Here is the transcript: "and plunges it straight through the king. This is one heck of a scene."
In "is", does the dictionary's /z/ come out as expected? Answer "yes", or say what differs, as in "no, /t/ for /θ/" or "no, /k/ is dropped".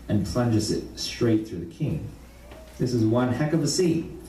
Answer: yes